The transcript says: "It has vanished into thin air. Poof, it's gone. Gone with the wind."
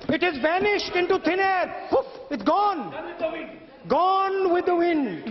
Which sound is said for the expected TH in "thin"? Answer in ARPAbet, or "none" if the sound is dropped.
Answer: T